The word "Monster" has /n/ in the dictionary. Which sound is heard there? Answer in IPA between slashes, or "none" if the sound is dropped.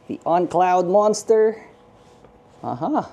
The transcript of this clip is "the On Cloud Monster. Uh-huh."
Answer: /n/